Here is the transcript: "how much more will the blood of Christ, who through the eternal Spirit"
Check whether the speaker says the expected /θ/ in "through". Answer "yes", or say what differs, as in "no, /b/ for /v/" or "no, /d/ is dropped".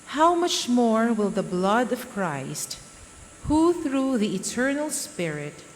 yes